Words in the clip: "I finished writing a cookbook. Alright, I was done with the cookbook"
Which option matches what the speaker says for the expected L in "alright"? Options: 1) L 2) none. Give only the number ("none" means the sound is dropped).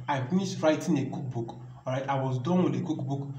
2